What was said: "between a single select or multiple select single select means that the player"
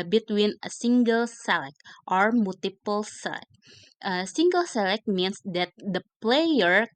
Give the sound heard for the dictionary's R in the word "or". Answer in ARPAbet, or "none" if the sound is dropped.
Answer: R